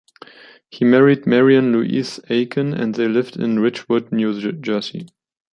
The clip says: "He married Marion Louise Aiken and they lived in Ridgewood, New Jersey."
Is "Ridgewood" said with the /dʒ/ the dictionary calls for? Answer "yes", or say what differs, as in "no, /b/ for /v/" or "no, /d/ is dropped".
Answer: no, /tʃ/ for /dʒ/